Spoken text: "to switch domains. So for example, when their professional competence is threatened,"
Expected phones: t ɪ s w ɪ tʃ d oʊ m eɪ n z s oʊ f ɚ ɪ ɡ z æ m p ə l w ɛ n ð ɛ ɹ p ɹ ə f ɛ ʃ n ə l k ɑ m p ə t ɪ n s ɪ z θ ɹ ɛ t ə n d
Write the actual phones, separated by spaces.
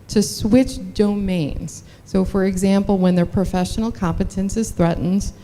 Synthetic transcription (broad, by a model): t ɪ s w ɪ tʃ d oʊ m eɪ n z s oʊ f ɚ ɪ ɡ z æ m p l w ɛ n ð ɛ ɹ p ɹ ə f ɛ ʃ n l k ɑ m p ə t ɪ n s ɪ z θ ɹ ɛ t n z